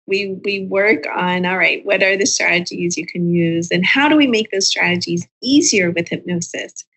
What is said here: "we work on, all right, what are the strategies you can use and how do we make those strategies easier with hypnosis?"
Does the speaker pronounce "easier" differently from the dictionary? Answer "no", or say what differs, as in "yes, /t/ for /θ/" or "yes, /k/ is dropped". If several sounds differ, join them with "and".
no